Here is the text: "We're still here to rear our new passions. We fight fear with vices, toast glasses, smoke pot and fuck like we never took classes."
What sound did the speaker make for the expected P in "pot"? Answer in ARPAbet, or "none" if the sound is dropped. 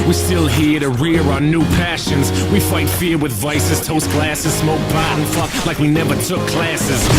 B